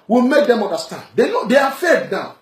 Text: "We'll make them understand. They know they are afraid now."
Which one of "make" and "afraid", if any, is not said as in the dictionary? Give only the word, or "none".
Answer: afraid